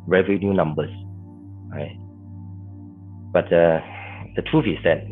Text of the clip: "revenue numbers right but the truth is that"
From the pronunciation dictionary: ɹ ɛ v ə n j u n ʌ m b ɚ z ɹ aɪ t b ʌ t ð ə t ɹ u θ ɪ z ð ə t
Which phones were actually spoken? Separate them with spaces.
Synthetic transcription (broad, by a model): ɹ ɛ v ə n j u n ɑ m b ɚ s ɹ aɪ t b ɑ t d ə t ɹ u f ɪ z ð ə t